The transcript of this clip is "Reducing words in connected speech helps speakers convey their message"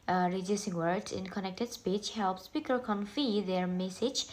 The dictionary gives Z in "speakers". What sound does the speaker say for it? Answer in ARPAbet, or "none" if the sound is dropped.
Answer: none